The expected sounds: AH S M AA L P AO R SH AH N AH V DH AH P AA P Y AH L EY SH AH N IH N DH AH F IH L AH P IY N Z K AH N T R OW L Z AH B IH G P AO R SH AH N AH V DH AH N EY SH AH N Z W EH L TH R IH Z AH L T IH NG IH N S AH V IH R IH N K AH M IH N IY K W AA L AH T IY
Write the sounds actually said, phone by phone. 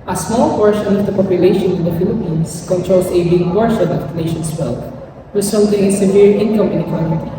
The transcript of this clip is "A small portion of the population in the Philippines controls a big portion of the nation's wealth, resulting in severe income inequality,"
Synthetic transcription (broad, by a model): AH S M AA L P AO R SH AH N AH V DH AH P AA P Y AH L EY SH AH N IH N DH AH F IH L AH P IY N S K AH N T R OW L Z AH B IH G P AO R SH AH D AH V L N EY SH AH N S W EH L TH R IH S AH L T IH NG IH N S AH V IH R IH N K AH M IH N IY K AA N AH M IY